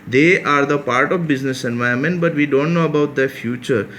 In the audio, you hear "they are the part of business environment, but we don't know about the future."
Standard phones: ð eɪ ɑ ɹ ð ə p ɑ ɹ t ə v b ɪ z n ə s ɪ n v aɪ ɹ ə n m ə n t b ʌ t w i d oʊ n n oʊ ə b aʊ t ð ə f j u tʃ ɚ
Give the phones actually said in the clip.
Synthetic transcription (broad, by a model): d eɪ ɑ ɹ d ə p ɑ ɹ t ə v b ɪ z n ə s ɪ n v aɪ ə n m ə n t b ʌ t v i d oʊ n n oʊ ə b aʊ t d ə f j u tʃ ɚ